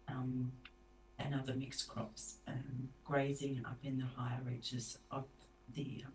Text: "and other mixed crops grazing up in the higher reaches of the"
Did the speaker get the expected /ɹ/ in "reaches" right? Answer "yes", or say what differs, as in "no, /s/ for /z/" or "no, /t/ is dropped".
yes